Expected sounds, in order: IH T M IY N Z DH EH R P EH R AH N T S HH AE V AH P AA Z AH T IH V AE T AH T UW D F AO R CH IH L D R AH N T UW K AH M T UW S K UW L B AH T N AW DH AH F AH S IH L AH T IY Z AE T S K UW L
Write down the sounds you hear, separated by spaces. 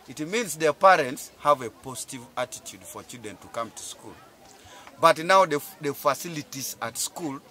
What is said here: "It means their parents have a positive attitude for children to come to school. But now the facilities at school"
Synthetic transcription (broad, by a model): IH T M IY N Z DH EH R P EH R AH N T S HH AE V AH P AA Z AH T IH V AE T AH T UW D F AO R CH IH D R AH N T UW K AH M T UW S K UW L B AH T N AW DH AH F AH S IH L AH T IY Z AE T S K UW L